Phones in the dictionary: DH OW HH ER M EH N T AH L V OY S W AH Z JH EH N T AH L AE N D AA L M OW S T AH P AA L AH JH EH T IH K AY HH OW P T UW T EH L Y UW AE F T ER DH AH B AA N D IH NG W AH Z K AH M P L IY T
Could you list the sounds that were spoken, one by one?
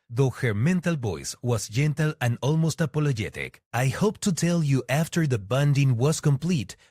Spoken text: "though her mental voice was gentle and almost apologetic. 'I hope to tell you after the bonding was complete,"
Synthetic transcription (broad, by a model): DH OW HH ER M EH N T AH L B OY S W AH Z JH EH N T AH L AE N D AA L M OW S T AH P AA L AH JH EH T IH K AY HH OW P T UW T EH L Y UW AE F T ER DH AH B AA N D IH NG W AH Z K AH M P L IY T